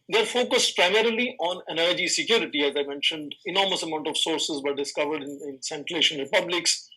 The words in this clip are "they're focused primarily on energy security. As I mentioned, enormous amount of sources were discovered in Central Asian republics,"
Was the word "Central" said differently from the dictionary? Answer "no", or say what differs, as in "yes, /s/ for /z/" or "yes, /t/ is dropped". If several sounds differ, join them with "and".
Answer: yes, /ɹ/ is dropped